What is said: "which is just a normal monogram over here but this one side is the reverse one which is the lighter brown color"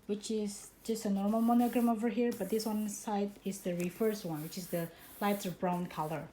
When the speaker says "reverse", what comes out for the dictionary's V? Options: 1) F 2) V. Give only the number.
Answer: 1